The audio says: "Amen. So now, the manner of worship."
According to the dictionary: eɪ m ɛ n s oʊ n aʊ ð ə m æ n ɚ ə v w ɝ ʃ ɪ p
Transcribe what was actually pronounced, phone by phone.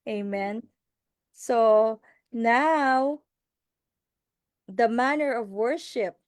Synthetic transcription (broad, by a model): eɪ m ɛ n s oʊ n aʊ ð ə m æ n ɚ ə v w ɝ ʃ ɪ p